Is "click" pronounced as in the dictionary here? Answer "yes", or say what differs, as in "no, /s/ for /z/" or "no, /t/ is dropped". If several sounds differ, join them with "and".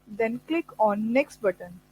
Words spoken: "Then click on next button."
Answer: yes